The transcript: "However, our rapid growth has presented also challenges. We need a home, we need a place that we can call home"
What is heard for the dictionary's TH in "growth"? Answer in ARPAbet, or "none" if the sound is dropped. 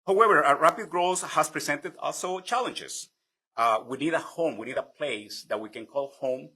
S